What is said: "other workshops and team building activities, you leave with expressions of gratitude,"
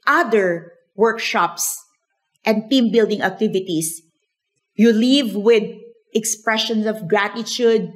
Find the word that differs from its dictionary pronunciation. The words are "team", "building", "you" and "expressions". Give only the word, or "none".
expressions